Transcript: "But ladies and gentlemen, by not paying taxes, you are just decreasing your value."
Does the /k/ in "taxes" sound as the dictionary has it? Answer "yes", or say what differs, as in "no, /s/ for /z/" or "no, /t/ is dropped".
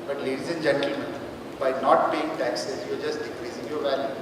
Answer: yes